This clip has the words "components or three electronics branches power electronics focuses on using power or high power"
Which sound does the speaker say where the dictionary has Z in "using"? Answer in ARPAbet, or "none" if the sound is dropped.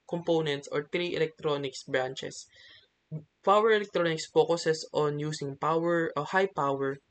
S